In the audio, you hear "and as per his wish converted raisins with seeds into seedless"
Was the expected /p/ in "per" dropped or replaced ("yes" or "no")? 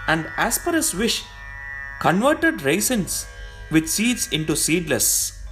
no